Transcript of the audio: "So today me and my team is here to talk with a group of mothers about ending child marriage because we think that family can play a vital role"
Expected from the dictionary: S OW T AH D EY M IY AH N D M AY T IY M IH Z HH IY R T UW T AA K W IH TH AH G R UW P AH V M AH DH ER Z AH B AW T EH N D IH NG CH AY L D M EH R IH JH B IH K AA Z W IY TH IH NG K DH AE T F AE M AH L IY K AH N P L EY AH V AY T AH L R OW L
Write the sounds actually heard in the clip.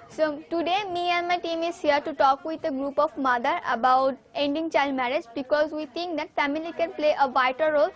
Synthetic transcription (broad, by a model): S OW T AH D EY M IY AH N D M AY T IY M IH Z HH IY R T UW T AA K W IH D AH G R UW P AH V M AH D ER AH B AW T EH N D IH NG CH AY L D M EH R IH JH B IH K AA Z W IY T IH NG K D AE T F AE M AH L IY K AH N P L EY AH V AY T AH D R OW L